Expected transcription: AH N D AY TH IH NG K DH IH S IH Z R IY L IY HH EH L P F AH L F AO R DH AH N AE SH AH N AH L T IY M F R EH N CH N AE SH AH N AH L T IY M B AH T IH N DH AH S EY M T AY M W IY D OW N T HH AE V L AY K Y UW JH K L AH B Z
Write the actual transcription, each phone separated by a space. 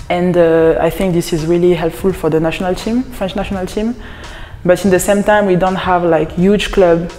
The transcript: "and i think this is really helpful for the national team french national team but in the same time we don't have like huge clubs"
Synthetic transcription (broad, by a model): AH N D AY TH IH NG K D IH S IH Z R IY L IY HH EH L P F AH L F AO R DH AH N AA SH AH N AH L T IY M F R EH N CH N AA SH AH N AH L T IY M B AH T IH N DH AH S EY M T AY M W IY D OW N T HH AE V L AY K Y UW JH K L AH B